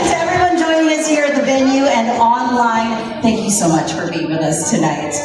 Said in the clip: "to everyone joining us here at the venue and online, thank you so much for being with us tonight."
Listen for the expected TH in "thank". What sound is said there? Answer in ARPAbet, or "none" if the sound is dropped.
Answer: TH